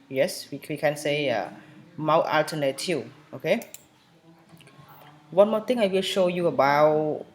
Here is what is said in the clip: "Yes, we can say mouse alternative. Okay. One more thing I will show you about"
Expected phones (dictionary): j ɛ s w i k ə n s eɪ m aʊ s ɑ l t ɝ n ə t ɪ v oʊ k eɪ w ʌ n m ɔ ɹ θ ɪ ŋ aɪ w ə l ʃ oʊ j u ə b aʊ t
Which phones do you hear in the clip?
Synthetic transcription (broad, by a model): j ɛ s w i k ə n s eɪ m aʊ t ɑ l t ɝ n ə t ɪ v oʊ k eɪ w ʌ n m ɔ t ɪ ŋ aɪ w ə l ʃ oʊ j u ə b aʊ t